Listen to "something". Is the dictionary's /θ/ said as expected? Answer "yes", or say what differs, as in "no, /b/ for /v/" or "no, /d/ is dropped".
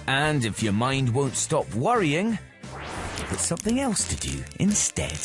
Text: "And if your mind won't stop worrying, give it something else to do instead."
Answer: yes